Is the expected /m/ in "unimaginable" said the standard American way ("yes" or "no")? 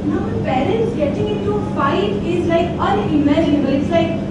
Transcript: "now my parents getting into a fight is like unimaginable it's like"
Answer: no